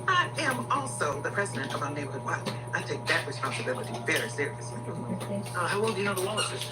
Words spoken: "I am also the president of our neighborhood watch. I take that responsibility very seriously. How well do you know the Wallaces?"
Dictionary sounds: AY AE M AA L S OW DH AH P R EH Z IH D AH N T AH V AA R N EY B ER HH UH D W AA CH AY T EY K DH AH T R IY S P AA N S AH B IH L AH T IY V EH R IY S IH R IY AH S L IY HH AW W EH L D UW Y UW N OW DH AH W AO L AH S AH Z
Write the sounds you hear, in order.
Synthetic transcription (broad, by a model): AY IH M AA L S OW DH AH P R EH Z IH D AH N T AH V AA N EY B ER HH UH D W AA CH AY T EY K DH AH T R IY S P AA N S AH B IH L AH T IY V EH R IY S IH R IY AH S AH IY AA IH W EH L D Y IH N OW DH AH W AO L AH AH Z